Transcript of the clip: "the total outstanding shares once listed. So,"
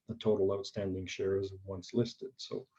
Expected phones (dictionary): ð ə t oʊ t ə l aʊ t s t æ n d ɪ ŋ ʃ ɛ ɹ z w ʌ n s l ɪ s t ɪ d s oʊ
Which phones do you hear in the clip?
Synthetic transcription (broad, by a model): ð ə t oʊ t l aʊ t s t æ n d ɪ ŋ ʃ ɛ ɹ z w ʌ n s l ɪ s t ɪ d s oʊ